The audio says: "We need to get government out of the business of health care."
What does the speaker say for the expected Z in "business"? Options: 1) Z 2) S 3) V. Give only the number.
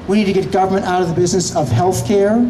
1